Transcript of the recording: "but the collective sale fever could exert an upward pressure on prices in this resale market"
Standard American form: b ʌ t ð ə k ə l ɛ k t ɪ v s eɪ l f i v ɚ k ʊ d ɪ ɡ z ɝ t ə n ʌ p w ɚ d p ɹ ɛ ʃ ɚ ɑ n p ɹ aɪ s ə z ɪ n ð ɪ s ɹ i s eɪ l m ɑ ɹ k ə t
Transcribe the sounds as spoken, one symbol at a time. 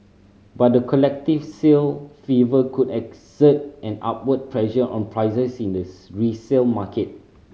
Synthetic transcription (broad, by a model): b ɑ t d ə k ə l ɛ k t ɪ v s eɪ l f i v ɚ k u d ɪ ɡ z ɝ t ə n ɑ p w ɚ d p ɹ ɛ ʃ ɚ ɑ n p ɹ aɪ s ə s ɪ n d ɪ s ɹ i s eɪ l m ɑ k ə t